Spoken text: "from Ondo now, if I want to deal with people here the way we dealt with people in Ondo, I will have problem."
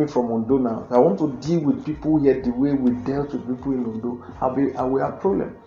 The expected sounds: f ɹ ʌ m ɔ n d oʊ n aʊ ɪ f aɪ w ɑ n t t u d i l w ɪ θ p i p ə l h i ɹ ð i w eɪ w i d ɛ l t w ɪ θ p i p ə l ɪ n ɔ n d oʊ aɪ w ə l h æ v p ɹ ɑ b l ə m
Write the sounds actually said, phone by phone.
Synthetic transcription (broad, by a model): f ɹ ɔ m ɔ n d oʊ n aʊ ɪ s aɪ w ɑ n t t u d i l w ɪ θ p i p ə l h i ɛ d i w eɪ w i d ɛ l t w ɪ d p i p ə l ɪ n ɔ n d oʊ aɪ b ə w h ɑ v p ɹ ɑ b l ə m